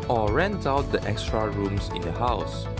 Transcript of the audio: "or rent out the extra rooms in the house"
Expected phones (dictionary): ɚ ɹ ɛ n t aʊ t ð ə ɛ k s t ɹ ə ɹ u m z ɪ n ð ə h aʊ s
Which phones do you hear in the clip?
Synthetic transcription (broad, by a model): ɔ ɹ ɛ n t aʊ t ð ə ɛ k s t ɹ ə ɹ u m s ɪ n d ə h aʊ s